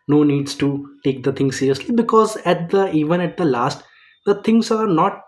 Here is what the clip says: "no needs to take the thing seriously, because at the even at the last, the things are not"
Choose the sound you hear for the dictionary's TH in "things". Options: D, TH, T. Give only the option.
T